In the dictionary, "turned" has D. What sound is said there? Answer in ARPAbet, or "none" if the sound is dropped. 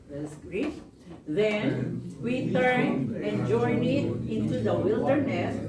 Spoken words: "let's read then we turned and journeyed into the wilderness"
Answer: none